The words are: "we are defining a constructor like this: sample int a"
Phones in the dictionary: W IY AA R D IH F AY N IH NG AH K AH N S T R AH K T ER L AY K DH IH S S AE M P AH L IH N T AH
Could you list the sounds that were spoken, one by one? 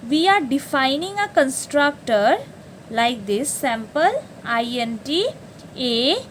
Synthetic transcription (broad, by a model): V IY AA R D IH F AY N IH NG AH K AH N S T R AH K T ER L AY K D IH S S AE M P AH L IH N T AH